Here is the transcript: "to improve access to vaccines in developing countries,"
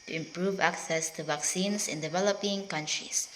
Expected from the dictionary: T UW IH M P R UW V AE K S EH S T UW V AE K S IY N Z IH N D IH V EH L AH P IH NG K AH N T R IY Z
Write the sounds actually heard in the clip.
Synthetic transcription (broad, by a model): T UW IH M P R UW V AE K S EH S T UW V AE K S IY N S IH N D IH V EH L AH P IH NG K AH N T R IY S